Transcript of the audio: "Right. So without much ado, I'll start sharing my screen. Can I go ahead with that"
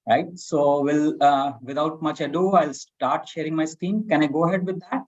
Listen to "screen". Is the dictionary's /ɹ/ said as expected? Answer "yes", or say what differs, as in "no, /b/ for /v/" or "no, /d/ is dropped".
no, /ɹ/ is dropped